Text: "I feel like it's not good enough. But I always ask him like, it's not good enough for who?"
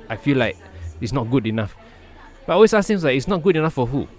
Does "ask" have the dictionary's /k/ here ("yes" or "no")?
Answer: no